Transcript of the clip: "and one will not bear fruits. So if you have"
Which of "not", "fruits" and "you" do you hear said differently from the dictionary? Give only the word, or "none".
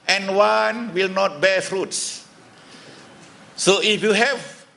none